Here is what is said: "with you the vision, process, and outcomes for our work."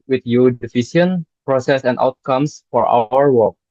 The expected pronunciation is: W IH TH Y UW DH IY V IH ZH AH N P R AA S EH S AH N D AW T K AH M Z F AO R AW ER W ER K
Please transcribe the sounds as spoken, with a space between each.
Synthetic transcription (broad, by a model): W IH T Y UW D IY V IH S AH N P R AA S EH S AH N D AW T K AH M S F AO R AW ER W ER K